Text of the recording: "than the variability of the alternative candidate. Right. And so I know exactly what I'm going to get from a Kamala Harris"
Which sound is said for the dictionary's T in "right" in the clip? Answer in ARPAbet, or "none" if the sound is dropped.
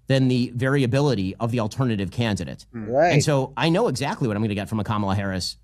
none